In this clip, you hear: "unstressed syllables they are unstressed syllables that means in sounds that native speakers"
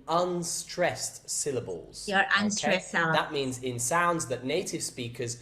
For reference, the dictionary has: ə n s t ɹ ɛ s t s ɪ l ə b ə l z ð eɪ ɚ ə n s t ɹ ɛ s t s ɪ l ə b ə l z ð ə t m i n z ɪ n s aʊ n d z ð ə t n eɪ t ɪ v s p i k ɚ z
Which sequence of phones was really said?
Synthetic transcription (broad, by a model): ə n s t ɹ ɛ s t s ɪ l ə b ə l z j ɚ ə n s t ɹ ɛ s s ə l ð ə t m i n z ɪ n s aʊ n d z ð ə t n eɪ t ɪ v s p i k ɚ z